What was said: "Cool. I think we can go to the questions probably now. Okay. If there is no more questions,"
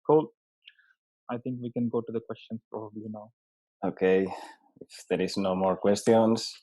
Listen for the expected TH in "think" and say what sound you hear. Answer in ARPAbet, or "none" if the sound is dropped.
T